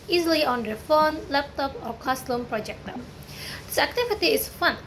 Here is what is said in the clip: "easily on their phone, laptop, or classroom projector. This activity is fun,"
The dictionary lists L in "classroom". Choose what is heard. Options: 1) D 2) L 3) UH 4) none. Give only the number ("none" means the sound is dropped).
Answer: 4